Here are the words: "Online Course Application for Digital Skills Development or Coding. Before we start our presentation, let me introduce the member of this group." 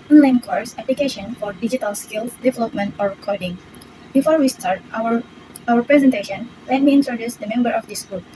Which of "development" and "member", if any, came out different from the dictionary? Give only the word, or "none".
none